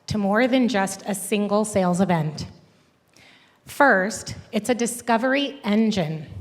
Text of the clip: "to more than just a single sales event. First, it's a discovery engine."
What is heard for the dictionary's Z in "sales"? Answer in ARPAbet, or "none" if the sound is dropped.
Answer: Z